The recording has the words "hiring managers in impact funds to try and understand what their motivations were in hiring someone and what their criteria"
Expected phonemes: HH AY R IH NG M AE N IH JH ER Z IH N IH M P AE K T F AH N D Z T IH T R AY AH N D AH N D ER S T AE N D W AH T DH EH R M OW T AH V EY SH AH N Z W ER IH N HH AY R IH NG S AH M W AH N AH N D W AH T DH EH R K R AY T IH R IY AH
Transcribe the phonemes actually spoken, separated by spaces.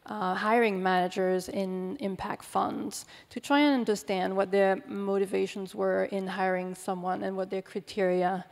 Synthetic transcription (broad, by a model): HH AY R IH NG M AE N IH JH ER Z IH N IH M P AE K T F AH N D Z T IH T R AY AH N AH N D ER S T AE N D W AH T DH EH R M OW T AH V EY SH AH N Z W ER IH N HH AY R IH NG S AH M W AH N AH N W AH T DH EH R K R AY T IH R IY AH